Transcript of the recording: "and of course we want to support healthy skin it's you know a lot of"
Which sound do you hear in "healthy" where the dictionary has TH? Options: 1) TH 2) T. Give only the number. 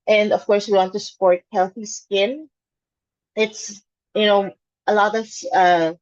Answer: 1